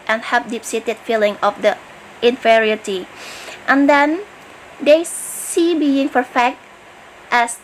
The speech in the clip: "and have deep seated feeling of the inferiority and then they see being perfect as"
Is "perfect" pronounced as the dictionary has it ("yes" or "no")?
no